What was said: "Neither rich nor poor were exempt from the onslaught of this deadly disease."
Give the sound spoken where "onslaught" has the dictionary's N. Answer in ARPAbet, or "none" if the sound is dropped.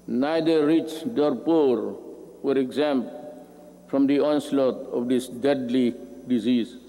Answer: N